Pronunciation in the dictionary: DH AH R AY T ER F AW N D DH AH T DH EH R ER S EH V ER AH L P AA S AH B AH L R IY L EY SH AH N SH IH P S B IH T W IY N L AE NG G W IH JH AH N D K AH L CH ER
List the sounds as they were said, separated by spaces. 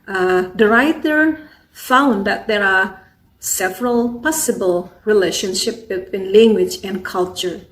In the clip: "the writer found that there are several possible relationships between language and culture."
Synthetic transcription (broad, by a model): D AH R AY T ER F AW N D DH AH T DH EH R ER S EH V ER AH L P AA S AH B AH L R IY L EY SH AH N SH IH P B IH T W IY N L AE NG G W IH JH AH N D K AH L CH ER